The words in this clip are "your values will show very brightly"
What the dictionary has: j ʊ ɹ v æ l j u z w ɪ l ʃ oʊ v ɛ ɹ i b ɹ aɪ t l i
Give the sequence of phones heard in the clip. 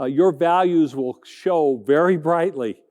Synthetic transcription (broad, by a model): j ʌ ɹ v æ l j u z w ɪ l ʃ oʊ v ɛ ɹ i b ɹ aɪ t l i